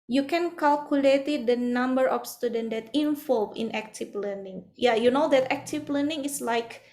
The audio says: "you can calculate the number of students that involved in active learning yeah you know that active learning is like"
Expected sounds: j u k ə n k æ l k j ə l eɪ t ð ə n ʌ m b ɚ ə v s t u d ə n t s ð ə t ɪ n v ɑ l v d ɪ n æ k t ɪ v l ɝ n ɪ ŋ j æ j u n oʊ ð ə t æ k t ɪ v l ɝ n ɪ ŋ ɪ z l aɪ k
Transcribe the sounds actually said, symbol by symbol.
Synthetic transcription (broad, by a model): j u k ə n k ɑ l k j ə l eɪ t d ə n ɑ m b ɚ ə f s t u d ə n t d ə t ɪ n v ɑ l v ɪ n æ k t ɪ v l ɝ n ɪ ŋ j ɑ j u n oʊ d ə t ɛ k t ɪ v l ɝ n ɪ ŋ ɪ s l aɪ k